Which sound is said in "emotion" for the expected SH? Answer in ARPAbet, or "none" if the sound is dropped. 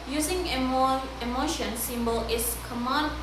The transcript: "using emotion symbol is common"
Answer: SH